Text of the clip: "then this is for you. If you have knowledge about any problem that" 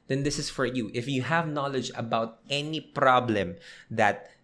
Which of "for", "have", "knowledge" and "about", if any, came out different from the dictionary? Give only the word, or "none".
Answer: none